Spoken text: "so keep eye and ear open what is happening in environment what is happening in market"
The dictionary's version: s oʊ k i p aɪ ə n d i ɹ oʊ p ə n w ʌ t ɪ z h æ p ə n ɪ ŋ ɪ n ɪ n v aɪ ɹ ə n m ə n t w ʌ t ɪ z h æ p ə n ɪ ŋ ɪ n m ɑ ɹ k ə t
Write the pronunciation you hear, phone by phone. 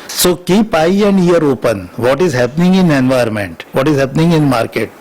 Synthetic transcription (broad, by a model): s oʊ k i p aɪ ə n d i ɹ oʊ p ə n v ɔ t ɪ z h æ p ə n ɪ ŋ ɪ n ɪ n v aɪ ə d m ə n t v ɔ t ɪ z h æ p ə n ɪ ŋ ɪ n m ɑ ɹ k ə t